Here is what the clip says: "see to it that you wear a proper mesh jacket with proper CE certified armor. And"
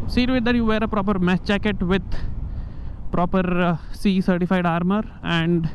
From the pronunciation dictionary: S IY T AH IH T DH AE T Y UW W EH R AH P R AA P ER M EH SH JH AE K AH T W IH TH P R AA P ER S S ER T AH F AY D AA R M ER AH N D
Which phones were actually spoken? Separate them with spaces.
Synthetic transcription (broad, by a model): S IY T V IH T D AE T Y UW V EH R AH P R AA P ER M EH S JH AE K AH T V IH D P R AA P ER S S ER T AH F AY D AA R M ER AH N D